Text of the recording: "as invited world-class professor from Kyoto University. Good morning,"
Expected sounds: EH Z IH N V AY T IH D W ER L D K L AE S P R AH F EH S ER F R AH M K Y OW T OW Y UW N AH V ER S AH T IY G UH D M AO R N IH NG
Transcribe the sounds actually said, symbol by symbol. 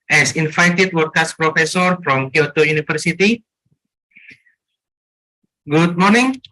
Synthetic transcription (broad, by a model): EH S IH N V AY T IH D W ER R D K AA S P R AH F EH S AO F R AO M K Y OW T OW Y UW N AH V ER S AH T IY G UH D M AO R N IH NG